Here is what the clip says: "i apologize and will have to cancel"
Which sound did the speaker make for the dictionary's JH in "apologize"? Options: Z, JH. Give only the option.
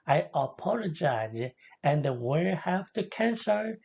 JH